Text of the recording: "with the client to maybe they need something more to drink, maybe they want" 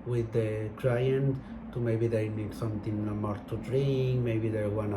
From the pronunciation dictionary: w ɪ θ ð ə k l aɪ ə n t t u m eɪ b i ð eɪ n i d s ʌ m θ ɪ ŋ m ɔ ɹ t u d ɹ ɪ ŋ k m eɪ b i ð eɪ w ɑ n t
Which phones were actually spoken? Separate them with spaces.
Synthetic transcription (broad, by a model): w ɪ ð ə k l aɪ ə n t t u m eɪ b i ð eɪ n i d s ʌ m t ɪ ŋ m ɔ ɹ t u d ɹ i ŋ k m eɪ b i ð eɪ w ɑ n